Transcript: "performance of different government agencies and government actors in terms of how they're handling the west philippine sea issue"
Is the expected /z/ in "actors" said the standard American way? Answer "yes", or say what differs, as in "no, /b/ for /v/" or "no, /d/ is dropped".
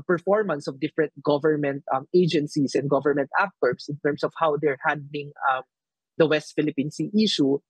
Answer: no, /s/ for /z/